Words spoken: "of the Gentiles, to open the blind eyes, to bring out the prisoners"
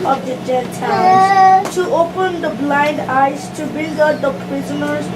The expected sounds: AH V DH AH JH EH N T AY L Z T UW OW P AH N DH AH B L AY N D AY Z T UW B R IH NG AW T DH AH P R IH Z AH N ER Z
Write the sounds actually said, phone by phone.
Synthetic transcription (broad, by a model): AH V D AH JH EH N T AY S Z T UW OW P AH N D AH B L AY N D AY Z T UW B IH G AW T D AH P R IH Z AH N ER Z